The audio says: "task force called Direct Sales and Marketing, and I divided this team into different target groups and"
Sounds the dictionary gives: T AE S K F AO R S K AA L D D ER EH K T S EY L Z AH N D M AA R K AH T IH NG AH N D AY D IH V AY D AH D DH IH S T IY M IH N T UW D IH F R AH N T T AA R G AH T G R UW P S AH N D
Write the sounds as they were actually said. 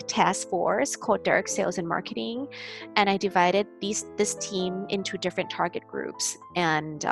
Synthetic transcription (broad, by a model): T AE S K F AO R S K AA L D D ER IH K S EY L Z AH N M AA R K AH T IH NG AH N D AY D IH V AY D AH D DH IH S T IY M IH N T UW D IH F R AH N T T AA R G AH T G R UW P S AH N